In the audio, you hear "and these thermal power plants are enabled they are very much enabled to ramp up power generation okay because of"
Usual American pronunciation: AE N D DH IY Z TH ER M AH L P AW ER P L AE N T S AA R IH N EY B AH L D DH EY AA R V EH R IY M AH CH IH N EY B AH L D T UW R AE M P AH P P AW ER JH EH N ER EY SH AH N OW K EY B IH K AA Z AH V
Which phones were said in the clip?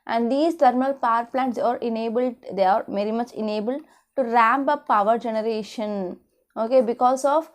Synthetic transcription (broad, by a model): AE N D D IY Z T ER M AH L P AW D P L AE N T S AA R IH N EY B AH L D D EY AA R V EH R IY M AH CH IH N EY B AH L D T UW R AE M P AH P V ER JH EH N ER EY SH AH N OW K EY B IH K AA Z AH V